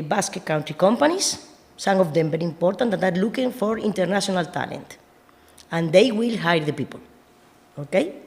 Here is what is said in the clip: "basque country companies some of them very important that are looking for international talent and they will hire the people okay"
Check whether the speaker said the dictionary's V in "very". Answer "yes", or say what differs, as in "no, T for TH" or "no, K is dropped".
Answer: no, B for V